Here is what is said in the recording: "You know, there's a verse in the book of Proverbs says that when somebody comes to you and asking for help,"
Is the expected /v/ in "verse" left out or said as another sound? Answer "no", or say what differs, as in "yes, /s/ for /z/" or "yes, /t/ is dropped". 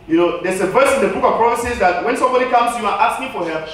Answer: no